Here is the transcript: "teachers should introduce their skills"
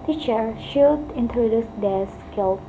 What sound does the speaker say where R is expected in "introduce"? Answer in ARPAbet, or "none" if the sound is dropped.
R